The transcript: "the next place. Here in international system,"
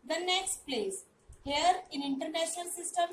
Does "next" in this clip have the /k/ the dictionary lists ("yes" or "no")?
yes